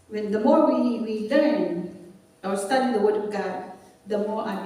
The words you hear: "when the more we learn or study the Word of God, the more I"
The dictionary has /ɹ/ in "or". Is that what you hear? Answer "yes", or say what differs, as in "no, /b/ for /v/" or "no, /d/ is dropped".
no, /w/ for /ɹ/